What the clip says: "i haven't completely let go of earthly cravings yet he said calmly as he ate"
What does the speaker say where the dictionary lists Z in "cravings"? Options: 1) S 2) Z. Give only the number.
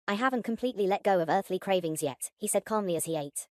2